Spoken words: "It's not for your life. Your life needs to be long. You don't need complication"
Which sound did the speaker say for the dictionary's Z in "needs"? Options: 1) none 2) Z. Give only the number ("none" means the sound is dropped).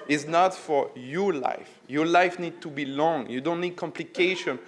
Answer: 1